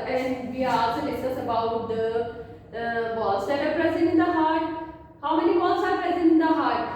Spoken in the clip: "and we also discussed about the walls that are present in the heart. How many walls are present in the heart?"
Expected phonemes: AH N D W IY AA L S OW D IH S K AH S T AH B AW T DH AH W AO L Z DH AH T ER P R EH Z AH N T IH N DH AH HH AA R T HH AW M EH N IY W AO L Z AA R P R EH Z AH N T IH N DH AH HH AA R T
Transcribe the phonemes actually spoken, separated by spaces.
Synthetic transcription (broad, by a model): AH N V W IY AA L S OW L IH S AH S AH B AW T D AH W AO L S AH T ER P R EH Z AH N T IH N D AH HH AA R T HH AW M EH N IY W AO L S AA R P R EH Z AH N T IH N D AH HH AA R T